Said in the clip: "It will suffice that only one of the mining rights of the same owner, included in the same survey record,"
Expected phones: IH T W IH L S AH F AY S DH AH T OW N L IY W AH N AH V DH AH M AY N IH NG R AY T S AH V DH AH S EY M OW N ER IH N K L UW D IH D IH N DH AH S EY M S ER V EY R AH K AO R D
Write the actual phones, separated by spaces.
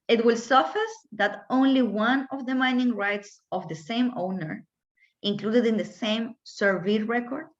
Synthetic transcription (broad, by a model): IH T W IH L S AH F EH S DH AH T OW N L IY W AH N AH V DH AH M AY N IH NG R AY T S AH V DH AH S EY M OW N ER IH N K L UW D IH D IH N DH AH S EY M S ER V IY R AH K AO R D